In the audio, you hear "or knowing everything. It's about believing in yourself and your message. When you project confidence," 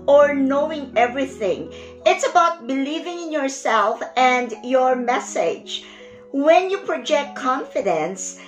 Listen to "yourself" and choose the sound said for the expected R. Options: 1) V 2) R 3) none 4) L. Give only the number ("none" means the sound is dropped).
2